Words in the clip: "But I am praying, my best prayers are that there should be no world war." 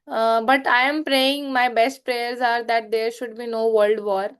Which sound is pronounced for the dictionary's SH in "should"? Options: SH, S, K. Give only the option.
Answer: SH